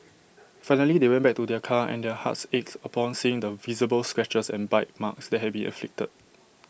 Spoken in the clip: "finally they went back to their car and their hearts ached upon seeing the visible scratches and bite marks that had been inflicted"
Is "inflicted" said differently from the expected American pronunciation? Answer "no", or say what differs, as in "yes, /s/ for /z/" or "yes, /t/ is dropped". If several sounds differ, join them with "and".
yes, /n/ is dropped